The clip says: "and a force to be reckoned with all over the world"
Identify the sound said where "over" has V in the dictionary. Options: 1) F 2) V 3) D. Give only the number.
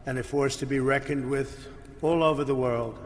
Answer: 2